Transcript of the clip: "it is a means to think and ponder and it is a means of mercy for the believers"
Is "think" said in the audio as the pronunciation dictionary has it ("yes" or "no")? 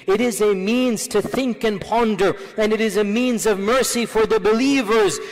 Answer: yes